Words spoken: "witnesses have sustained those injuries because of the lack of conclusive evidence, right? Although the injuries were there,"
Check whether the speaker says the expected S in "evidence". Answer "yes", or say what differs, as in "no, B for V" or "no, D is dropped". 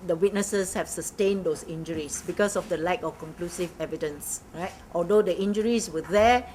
yes